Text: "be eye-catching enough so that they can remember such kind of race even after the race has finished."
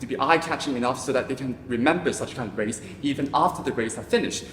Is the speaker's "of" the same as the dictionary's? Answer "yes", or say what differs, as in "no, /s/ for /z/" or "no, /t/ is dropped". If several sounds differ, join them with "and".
yes